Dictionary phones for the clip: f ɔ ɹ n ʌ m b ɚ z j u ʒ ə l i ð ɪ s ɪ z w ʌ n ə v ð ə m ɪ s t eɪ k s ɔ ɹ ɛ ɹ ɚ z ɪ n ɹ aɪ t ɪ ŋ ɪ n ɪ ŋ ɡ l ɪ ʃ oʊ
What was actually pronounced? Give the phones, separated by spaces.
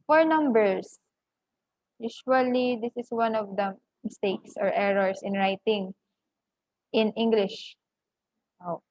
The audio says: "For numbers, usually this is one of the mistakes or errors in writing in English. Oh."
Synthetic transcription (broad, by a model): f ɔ ɹ n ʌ m b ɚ s j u ʃ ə l i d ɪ s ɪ s w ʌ n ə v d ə m ɪ s t eɪ k s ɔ ɹ ɛ ɹ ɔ s ɪ n ɹ aɪ t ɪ ŋ ɪ n ɪ ŋ ɡ l ɪ ʃ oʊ